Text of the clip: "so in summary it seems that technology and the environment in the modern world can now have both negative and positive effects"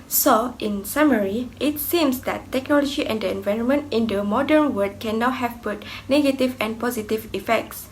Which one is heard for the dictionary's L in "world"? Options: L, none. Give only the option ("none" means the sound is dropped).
none